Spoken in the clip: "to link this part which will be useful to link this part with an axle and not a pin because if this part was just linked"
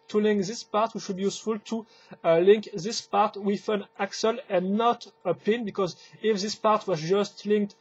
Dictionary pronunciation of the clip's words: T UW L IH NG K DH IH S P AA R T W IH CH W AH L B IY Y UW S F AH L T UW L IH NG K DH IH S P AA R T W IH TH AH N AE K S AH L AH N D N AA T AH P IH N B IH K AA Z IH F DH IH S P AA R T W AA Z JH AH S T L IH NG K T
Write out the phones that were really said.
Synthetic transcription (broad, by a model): T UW L IH NG K DH IH S P AA R T W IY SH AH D B IY Y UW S F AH L T UW L IH NG K DH IH S P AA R T W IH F AH N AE K S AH L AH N N AA T AH P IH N B IH K AA Z IH F DH IH S P AA R T W AA Z JH AH S T L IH NG K T